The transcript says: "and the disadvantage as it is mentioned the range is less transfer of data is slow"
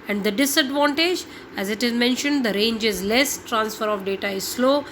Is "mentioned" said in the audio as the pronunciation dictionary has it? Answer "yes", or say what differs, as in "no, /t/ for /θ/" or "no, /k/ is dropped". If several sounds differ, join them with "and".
yes